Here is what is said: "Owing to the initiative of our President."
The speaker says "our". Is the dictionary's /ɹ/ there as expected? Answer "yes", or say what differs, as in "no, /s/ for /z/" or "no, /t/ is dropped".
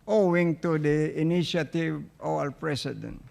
no, /l/ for /ɹ/